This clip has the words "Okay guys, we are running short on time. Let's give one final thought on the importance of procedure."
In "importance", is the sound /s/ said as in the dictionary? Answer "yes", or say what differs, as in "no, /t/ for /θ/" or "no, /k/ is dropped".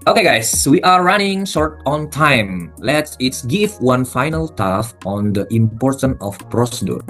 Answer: no, /s/ is dropped